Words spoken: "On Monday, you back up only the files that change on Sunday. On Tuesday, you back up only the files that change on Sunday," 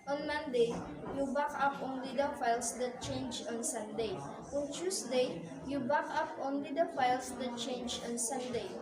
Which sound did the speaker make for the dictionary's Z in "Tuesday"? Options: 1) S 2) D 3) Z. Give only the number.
1